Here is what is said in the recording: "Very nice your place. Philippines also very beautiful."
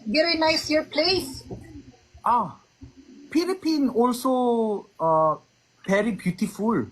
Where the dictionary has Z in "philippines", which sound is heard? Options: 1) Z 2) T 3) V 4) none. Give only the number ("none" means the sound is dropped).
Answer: 4